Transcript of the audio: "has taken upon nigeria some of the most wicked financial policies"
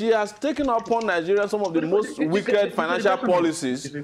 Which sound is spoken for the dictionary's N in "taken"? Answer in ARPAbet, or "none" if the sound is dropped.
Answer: N